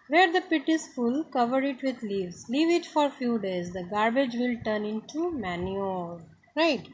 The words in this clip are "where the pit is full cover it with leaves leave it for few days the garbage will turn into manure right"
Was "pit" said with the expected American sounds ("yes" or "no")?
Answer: yes